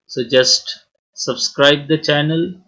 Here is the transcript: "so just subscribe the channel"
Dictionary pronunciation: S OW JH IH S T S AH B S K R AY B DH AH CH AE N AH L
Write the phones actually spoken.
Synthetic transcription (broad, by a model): S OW JH IH S T S AH B S K R AY B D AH CH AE N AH L